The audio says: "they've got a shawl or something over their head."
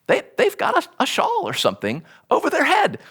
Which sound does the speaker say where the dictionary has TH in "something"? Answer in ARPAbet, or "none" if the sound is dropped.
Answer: TH